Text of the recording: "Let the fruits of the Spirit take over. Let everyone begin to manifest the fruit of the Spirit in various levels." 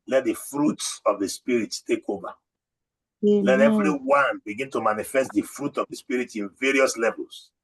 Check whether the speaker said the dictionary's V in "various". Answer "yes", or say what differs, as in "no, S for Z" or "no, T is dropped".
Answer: yes